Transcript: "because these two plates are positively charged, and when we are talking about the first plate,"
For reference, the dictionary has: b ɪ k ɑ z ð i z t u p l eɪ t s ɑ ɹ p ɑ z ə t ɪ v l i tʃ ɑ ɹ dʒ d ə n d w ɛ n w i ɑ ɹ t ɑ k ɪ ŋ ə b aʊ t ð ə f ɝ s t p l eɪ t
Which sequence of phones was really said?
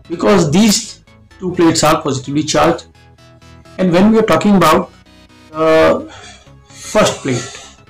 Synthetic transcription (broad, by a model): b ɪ k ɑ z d i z t u p l eɪ t s ɑ ɹ p ɑ z ə t ɪ v l i tʃ ɑ ɹ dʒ ə n d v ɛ n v i ɑ ɹ t ɑ k ɪ ŋ ə b aʊ t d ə f ɝ s t p l eɪ t